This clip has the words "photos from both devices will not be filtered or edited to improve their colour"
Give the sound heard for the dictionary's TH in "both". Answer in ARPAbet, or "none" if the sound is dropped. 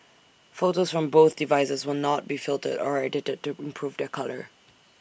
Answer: TH